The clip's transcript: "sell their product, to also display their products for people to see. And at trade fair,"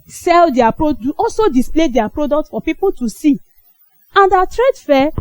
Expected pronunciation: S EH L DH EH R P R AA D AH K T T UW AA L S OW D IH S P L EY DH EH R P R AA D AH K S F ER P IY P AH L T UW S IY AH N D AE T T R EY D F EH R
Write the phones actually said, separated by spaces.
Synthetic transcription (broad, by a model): S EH L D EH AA P R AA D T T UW AA L S OW D IH S P L EY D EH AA P R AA D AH K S F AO P IY P AH L T UW S IY AH N D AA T T R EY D F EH